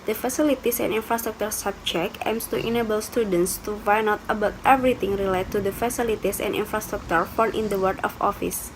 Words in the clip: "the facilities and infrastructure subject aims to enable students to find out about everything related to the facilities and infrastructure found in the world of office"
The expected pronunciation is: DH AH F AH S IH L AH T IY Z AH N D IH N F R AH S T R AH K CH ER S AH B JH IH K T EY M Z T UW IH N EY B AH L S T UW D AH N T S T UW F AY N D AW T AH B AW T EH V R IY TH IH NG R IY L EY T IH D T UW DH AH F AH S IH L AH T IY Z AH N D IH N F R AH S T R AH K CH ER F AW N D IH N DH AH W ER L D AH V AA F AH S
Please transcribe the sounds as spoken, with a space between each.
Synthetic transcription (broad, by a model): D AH F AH S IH L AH T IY S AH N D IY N F R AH S T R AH K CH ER S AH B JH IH K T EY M S T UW IH N EY B AH L S T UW D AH N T S T UW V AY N AW T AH B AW T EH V R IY T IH NG R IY L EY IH T UW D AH F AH S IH L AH T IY S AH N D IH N F R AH S T R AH K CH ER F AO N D IH N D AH W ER D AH F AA F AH S